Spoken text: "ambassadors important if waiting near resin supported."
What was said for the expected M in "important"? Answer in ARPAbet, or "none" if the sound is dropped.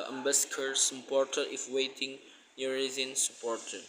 none